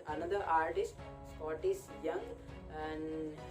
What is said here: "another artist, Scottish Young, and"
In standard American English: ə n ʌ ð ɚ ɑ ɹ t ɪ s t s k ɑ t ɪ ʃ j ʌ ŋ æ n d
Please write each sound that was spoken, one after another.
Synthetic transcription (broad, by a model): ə n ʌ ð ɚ ɑ ɹ t ɪ s t s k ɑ t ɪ s j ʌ ŋ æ n d